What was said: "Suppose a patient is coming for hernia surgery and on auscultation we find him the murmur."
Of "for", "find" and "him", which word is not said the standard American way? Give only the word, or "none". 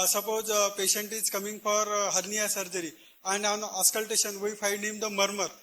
find